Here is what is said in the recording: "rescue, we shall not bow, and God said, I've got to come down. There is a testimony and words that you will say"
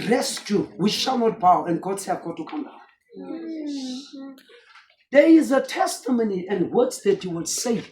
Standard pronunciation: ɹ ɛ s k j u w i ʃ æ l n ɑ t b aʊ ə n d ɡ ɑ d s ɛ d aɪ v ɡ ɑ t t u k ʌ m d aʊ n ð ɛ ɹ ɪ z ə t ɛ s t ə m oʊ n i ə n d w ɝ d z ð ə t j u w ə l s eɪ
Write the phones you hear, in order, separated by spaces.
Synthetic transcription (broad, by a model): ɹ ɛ s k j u w i ʃ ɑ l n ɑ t b aʊ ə n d ɡ ɑ d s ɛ aɪ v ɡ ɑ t t u k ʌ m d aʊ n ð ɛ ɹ ɪ z ə t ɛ s t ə m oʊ n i ə n d w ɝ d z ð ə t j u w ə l s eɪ